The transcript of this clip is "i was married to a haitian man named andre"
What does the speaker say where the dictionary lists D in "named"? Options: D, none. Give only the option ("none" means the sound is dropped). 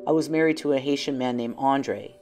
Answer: none